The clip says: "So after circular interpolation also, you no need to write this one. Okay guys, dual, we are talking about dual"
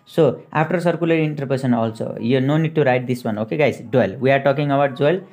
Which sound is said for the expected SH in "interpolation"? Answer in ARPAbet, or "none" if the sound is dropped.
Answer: S